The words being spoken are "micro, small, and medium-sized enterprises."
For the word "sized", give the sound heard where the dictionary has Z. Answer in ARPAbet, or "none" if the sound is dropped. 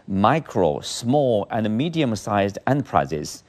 Z